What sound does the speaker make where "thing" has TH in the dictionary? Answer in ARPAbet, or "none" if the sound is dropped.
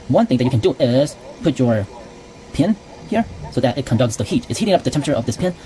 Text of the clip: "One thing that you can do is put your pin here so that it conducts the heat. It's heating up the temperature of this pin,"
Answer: TH